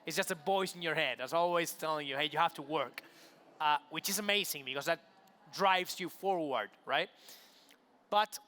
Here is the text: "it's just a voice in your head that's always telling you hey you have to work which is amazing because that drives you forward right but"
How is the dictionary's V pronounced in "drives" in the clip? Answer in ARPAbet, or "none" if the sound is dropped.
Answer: V